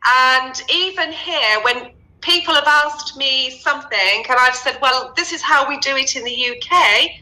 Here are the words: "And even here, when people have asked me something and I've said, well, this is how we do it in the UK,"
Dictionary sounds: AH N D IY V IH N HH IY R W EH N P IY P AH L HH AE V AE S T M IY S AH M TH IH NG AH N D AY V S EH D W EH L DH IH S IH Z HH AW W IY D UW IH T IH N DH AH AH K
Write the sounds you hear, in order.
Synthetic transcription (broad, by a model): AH N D IY V IH N HH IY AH W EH N P IY P AH L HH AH V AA S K M IY S AH M TH IH NG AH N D AY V S EH D W EH L DH IH S IH Z HH AW W IY D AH IH T IH N DH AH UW K